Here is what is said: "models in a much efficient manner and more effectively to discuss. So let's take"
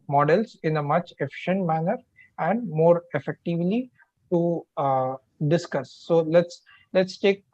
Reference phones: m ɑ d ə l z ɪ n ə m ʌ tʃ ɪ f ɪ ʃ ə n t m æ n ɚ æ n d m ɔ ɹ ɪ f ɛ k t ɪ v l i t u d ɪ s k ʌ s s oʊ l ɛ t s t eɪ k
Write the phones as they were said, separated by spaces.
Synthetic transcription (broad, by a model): m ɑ d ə l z ɪ n ə m ʌ tʃ ɪ f ɪ ʃ ə n t m æ n ɚ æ n d m ɔ ɹ ɪ f ɛ k t ɪ v l i t u d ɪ s k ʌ s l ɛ l ɛ t s t eɪ k